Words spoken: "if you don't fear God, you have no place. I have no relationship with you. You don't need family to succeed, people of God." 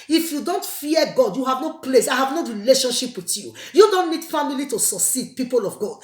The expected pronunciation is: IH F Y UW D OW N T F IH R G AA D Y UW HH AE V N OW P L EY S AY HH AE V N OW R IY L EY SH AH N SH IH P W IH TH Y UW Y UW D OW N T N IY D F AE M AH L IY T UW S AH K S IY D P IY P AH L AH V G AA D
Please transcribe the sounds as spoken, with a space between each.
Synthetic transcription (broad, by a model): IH F Y UW D OW N T F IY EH G AA D Y UW HH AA V N OW P L EY S AY HH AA V N OW R IY L EY SH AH N SH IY P W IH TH Y UW Y UW D OW N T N IY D F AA M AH L IY T UW S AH S IY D P IY P AH L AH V G AA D